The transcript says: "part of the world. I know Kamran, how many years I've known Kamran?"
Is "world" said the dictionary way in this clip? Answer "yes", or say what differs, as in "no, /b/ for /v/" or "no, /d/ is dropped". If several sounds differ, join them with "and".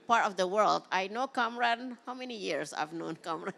yes